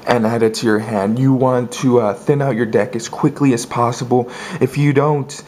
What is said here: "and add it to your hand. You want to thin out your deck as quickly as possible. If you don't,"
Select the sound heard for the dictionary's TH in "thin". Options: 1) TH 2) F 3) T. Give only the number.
1